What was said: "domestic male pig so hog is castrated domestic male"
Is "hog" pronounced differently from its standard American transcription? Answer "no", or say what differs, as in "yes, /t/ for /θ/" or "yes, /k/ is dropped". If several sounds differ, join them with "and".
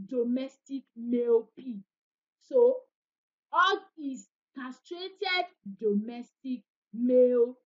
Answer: yes, /ɡ/ is dropped